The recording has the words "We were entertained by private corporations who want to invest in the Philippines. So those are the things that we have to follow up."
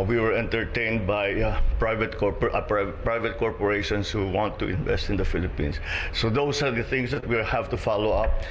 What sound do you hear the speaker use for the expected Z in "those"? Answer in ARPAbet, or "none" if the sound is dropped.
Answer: S